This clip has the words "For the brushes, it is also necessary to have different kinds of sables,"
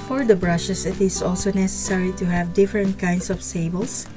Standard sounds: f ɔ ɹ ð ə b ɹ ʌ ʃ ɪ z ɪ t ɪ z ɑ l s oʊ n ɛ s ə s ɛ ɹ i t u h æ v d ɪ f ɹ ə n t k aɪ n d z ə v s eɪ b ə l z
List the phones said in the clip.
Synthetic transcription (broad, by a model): f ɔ ɹ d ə b ɹ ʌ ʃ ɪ s ɪ t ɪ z ɑ l s oʊ n ɛ s ə s ɛ ɹ i t u h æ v d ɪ f ɹ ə n t k aɪ n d s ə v s eɪ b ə l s